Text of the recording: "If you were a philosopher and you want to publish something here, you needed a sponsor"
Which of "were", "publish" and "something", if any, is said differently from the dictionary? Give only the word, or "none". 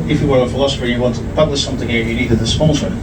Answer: none